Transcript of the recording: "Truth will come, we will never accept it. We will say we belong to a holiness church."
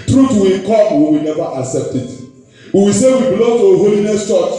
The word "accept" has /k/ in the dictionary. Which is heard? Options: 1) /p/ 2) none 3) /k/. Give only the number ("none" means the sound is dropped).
3